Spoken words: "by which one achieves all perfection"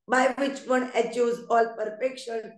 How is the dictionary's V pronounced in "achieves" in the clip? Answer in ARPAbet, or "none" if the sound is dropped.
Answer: none